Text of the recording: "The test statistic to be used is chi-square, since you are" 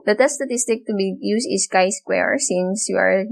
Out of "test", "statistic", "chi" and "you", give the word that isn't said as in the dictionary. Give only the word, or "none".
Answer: test